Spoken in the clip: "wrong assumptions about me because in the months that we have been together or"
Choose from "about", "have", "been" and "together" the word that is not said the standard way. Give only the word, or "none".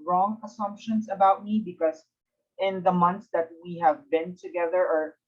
none